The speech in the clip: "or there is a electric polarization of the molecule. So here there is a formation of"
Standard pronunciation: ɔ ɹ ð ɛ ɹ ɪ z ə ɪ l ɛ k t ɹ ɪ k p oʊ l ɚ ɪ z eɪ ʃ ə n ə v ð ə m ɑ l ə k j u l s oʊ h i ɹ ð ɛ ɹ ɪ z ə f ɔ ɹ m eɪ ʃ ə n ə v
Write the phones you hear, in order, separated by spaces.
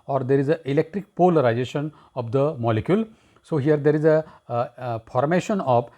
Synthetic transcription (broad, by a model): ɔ ɹ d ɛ ɹ ɪ z ə ɪ l ɛ k t ɹ ɪ k p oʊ l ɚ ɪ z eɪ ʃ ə n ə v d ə m ɑ l ə k j u l s oʊ h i ɹ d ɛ ɹ ɪ z ə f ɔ ɹ m eɪ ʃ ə n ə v